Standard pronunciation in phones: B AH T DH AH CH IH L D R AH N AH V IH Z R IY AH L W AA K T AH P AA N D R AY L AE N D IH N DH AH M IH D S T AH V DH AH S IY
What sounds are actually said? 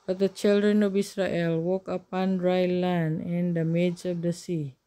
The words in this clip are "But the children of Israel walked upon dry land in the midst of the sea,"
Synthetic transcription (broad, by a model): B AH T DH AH CH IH L D R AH N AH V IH S R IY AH L W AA K AH P AA N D R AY L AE N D IH N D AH M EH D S AH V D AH S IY